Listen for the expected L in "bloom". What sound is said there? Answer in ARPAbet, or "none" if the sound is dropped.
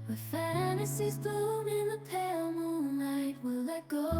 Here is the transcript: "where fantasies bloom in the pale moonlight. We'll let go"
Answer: none